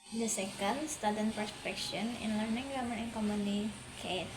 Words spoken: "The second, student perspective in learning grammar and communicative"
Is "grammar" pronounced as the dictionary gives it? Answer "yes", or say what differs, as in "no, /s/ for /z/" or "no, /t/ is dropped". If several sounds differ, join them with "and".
no, /ɹ/ is dropped